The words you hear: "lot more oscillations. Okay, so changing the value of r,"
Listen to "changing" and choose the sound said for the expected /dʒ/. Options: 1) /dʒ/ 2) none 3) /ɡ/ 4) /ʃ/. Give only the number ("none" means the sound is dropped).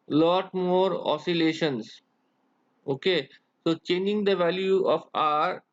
1